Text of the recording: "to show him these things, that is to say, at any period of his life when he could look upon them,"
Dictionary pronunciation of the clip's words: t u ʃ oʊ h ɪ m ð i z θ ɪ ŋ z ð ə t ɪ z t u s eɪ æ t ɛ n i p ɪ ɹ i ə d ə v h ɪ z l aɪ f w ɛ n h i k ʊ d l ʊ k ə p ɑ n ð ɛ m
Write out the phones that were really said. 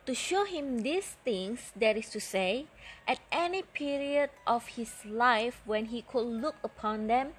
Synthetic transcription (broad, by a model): t u ʃ oʊ h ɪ m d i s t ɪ ŋ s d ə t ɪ s t u s eɪ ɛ t ɛ n i p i ɹ i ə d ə f h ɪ s l aɪ f w ɛ n h i k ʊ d l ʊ k ə p ɑ n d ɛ m